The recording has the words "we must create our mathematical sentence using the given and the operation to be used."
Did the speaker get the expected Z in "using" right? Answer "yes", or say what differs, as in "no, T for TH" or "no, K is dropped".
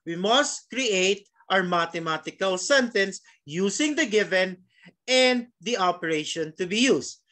no, S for Z